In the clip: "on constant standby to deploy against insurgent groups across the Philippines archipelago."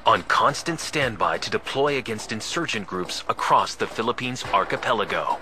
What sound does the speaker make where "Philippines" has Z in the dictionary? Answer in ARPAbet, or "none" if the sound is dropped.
Z